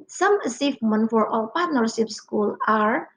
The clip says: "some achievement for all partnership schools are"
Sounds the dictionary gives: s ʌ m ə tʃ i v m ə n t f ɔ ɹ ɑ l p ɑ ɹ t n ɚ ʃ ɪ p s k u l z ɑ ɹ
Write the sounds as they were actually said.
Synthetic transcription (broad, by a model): s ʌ m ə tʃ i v m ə n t f ɔ ɹ ɑ l p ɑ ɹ t n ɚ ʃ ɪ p s k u l ɑ ɹ